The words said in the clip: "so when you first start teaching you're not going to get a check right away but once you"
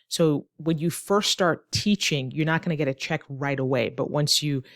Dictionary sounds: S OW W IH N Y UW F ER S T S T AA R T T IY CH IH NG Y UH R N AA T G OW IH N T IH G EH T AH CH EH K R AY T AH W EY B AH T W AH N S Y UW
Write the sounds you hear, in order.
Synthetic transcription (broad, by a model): S OW W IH N Y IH F ER S T S T AA R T T IY CH IH NG Y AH R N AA T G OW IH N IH G EH T AH CH EH K R AY T AH W EY B AH T W AH N S Y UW